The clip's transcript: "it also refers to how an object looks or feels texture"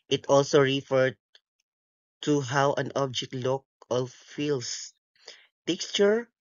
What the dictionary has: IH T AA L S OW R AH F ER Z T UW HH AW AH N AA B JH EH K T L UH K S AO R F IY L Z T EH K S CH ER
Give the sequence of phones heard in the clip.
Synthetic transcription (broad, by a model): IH T AA L S OW R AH F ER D T UW HH AW AH N AA B JH EH K T L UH K AO L F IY L S T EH K S CH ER